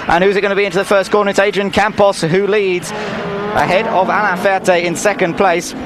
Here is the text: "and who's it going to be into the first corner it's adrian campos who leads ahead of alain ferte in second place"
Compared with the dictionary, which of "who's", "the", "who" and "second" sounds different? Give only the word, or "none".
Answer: none